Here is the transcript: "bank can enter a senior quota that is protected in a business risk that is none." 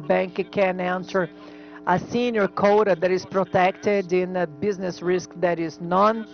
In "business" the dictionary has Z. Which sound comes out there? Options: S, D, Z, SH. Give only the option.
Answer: Z